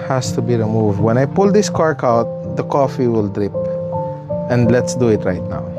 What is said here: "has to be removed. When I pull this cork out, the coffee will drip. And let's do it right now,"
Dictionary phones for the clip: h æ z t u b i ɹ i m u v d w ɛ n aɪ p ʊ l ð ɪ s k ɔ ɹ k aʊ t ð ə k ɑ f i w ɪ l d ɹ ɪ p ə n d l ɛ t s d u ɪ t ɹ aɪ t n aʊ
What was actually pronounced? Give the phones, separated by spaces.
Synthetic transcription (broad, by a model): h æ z t u b i ɹ i m u v d w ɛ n aɪ p ʊ l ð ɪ s k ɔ ɹ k aʊ t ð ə k ɑ f i w ɪ l d ɹ ɪ p ə n d l ɛ t s d u ɪ t ɹ aɪ t n aʊ